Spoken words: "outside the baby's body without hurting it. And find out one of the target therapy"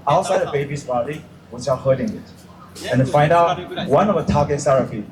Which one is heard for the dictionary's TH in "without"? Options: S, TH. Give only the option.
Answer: S